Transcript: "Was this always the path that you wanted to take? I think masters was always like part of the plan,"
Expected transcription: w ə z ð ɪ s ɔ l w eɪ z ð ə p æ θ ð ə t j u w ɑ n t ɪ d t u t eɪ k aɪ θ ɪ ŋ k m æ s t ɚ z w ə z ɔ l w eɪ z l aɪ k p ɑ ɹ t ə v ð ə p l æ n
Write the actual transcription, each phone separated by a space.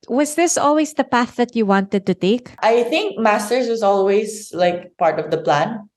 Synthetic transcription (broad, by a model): w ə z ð ɪ s ɔ l w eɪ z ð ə p æ θ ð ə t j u w ɑ n t ɪ d t u t eɪ k aɪ θ ɪ ŋ k m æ s t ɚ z w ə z ɔ l w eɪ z l aɪ k p ɑ ɹ t ə v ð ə p l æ n